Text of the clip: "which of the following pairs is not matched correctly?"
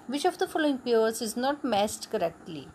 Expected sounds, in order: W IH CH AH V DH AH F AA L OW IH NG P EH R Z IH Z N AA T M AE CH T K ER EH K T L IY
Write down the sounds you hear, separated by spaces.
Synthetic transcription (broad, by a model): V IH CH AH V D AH F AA L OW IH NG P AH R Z IH Z N AA T M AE S T K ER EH K T L IY